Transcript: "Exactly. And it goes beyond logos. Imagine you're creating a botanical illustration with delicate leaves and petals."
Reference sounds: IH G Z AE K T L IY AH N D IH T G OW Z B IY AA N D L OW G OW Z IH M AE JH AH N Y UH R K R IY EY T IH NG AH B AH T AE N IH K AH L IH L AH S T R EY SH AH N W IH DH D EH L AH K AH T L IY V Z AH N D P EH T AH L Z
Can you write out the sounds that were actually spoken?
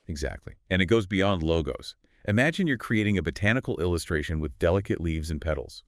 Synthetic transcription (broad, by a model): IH G Z AE K T L IY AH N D IH T G OW Z B IY AA N D L OW G OW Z IH M AE JH AH N Y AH R K R IY EY T IH NG AH B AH T AE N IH K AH L IH L AH S T R EY SH AH N W IH DH D EH L AH K AH T L IY V Z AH N P EH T L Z